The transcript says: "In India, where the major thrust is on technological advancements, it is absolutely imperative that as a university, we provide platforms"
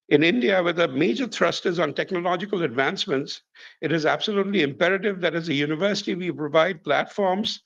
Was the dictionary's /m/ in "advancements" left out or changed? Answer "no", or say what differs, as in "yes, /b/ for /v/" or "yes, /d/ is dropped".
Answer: no